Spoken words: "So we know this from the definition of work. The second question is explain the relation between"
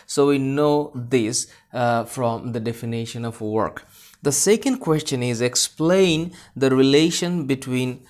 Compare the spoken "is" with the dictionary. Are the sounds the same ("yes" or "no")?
yes